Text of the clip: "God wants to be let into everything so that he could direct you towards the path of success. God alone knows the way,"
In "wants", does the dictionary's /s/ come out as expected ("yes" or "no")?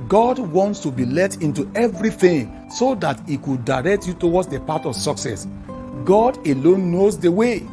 yes